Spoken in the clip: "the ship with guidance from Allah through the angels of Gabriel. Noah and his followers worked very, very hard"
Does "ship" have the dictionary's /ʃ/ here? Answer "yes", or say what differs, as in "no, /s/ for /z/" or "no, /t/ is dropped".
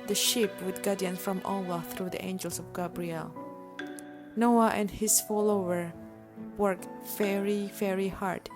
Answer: yes